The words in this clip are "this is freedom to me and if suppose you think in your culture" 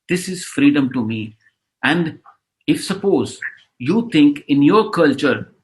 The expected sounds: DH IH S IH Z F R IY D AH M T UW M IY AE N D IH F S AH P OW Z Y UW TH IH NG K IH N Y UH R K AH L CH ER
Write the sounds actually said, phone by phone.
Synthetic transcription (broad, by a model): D IH S IH Z F R IY D AH M T UW M IY AE N D IH F S AH P OW Z Y UW T IH NG K IH N Y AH R K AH L CH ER